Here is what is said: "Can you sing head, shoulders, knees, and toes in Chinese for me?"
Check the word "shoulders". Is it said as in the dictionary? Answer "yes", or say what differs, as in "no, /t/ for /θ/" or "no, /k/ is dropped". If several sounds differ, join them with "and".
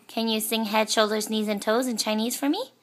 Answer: yes